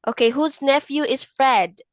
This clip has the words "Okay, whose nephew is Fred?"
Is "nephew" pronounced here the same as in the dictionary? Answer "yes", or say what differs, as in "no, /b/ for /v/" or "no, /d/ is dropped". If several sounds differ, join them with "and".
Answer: yes